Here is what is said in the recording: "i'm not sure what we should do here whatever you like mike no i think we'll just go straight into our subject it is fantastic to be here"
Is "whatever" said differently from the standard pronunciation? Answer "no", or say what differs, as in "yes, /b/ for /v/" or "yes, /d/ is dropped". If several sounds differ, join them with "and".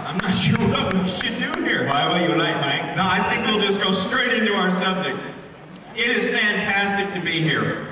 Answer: yes, /w/ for /v/